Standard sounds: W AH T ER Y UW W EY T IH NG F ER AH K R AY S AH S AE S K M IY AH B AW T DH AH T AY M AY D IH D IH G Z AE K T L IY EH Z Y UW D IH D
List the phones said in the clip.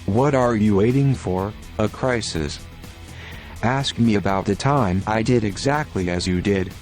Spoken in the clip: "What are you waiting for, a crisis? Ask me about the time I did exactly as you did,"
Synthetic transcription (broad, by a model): W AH T ER Y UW W EY T IH NG F ER AH K R AY S AH S AE S K M IY AH B AW T DH AH T AY M AY D IH D IH G Z AE K T L IY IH Z Y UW D IH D